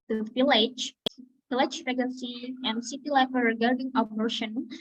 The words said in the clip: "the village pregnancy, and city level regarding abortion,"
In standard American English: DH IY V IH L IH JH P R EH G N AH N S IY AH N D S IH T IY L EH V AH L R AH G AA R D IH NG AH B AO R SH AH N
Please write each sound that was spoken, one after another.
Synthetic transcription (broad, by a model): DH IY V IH L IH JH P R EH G AH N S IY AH N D S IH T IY L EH F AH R R AH G AA R D IH NG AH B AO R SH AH N